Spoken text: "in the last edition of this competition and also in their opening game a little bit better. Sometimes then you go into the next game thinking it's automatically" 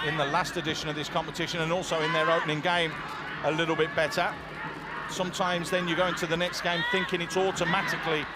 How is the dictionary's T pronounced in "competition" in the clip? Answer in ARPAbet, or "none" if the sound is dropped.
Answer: T